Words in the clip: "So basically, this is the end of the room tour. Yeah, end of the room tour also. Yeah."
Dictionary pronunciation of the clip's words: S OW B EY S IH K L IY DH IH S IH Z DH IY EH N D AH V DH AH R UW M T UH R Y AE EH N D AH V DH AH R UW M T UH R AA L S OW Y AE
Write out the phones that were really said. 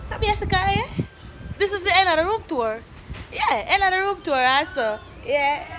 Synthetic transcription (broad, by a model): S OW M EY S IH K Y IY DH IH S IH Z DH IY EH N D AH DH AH R UW M T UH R Y AE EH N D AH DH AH R UW M T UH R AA S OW Y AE